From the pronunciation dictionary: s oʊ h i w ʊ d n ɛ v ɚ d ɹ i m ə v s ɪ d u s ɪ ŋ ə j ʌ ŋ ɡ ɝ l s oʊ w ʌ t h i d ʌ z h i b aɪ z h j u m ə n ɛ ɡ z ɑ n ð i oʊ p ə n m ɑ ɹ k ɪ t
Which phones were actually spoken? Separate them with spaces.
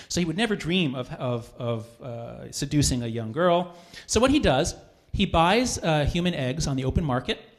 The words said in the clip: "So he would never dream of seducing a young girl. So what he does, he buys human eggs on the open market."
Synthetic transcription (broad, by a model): s oʊ h i w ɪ d n ɛ v ɚ d ɹ i m ə v s ɪ d u s ɪ ŋ ə j ʌ ŋ ɡ ɝ l s oʊ w ʌ t h i d ʌ z h i b aɪ z h j u m ə n ɛ ɡ z n ð i oʊ p ə n m ɑ ɹ k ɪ t